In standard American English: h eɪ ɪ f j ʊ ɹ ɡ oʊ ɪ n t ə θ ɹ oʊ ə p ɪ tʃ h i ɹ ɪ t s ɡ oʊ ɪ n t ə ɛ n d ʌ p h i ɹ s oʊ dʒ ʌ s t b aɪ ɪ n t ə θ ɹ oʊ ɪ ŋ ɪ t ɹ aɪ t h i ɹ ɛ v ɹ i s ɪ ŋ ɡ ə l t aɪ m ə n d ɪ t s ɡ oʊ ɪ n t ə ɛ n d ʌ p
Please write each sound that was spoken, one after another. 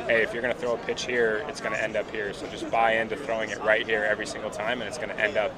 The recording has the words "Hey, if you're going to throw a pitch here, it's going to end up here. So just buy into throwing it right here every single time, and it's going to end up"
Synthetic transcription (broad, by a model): h eɪ ɪ f j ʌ ɹ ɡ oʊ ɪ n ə θ ɹ oʊ ə p ɪ tʃ h i ɹ ɪ t s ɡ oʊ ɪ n t ɛ n d ʌ p h i ɹ s oʊ dʒ ʌ s b aɪ ɪ n t ə θ ɹ oʊ ɪ ŋ ɪ t ɹ aɪ t h i ɹ ɛ v ɹ i s ɪ ŋ ɡ l t aɪ m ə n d ɪ t s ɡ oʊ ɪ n t ɛ n d ʌ p